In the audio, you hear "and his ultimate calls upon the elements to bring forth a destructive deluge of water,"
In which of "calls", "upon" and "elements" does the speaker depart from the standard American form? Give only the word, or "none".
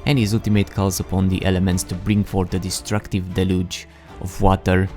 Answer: none